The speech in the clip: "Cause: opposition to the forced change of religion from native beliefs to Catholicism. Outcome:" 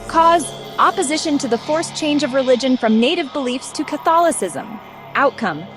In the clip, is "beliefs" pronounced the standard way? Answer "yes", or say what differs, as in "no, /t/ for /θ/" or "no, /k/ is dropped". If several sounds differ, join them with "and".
yes